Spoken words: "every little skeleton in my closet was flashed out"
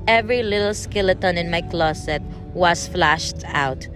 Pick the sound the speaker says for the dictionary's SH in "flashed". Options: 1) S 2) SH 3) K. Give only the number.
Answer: 2